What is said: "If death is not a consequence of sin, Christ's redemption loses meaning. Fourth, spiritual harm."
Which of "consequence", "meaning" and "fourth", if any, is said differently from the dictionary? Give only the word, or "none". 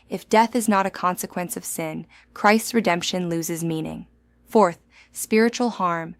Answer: none